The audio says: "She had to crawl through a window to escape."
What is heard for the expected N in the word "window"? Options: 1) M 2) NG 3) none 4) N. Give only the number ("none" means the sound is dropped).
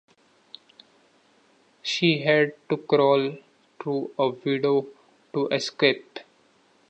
3